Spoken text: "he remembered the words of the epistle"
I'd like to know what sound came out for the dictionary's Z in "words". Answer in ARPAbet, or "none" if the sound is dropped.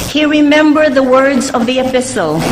Z